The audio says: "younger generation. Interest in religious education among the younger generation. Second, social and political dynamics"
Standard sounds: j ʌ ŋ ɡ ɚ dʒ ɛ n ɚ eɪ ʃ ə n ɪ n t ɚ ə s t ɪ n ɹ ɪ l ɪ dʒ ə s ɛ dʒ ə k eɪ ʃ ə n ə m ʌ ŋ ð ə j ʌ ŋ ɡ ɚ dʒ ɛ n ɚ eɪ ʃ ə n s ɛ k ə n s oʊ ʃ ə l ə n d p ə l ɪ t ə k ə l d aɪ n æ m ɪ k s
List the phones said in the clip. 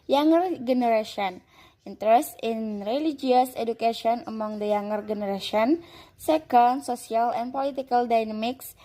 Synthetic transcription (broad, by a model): j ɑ ŋ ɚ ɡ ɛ n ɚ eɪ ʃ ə n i n t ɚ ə s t ɪ n ɹ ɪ l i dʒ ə s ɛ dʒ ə k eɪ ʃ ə n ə m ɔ ŋ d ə j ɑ ŋ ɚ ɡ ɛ n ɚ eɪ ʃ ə n s ɛ k ə n s oʊ s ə l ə n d p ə l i t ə k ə l d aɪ n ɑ m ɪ k s